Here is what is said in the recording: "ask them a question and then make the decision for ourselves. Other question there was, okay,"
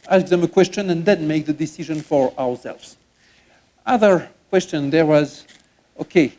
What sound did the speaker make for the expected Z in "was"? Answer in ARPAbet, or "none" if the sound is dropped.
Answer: Z